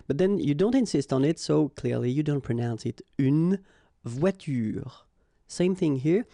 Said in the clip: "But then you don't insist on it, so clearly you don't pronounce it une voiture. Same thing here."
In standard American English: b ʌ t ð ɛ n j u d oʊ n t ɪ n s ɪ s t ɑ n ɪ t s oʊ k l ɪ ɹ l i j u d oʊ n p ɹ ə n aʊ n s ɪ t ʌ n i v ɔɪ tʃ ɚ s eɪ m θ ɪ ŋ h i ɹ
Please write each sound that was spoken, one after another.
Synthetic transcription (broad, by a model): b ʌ t ð ɛ n j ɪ d oʊ n t ɪ n s ɪ s t n ɪ t s oʊ k l ɪ ɹ l i j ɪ d oʊ n p ɹ ə n aʊ n s ɪ t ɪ n v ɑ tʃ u s eɪ m θ ɪ ŋ h i ɹ